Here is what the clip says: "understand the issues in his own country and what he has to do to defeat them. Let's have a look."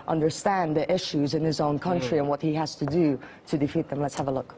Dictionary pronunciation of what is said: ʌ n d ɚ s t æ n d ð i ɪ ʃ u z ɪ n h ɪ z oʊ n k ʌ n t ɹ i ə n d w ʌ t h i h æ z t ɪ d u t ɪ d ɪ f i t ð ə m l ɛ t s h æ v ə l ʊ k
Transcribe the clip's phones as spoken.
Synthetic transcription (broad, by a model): ʌ n d ɚ s t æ n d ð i ɪ ʃ u z ɪ n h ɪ z oʊ n k ʌ n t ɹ i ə n w ʌ t h i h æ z t ɪ d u t ɪ d ɪ f i t ð ə m l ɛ t s h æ v ə l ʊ k